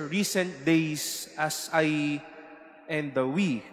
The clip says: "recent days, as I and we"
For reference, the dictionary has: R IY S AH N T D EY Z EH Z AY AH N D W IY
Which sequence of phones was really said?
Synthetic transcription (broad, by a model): R IY S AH N T D EY S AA S AY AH N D W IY